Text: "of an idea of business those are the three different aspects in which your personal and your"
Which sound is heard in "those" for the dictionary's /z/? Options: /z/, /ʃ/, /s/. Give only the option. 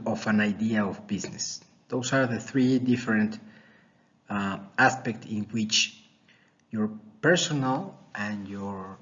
/s/